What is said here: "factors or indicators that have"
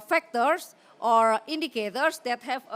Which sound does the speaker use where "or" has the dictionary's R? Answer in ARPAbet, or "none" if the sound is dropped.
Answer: R